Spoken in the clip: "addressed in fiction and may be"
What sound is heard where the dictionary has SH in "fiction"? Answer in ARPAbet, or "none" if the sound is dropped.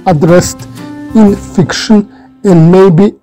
SH